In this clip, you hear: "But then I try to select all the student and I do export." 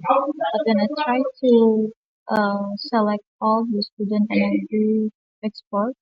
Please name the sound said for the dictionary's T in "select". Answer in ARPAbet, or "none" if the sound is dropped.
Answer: T